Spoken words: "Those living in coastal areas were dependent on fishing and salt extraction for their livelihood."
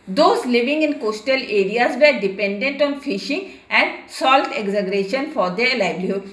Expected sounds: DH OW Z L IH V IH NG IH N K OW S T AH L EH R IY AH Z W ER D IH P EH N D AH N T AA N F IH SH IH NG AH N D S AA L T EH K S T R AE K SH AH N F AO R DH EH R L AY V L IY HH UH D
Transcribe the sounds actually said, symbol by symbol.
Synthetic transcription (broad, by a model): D OW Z L IH V IH NG IH N K OW S T AH L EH R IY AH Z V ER D IH P EH N D AH N T AA N F IH SH IH NG AH N D S AA L T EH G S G R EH SH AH N F AO R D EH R L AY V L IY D